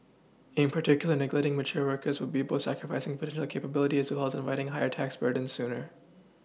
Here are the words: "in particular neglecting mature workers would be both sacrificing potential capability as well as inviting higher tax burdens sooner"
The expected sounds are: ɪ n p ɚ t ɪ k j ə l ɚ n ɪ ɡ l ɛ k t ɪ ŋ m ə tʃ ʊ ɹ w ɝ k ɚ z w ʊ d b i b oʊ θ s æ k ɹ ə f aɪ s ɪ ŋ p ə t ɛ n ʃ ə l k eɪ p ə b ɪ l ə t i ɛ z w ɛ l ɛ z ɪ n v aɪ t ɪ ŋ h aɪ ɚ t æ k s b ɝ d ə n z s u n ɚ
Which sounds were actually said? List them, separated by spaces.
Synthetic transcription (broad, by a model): ɪ n p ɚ t ɪ k j l ɚ n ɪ ɡ l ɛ t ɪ ŋ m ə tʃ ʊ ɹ w ɝ k ɚ z w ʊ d b i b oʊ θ s æ k ɹ ə f aɪ s ɪ ŋ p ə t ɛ n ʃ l k eɪ p ə b ɪ l ə t i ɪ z w ɛ l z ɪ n v aɪ t ɪ ŋ h aɪ ɚ t æ k s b ɝ d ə n s u n ɚ